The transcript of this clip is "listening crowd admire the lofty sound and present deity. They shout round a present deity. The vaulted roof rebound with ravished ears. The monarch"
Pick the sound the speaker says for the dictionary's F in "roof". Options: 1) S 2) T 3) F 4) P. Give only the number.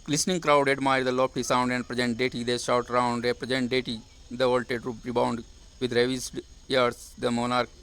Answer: 4